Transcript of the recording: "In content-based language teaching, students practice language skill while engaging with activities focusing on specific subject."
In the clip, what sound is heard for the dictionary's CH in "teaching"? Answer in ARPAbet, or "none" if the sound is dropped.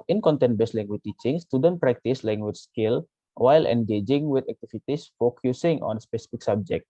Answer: CH